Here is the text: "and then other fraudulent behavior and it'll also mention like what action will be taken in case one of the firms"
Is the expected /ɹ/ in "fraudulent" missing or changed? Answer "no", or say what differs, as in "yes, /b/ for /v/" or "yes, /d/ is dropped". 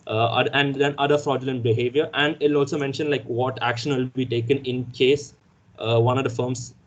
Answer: no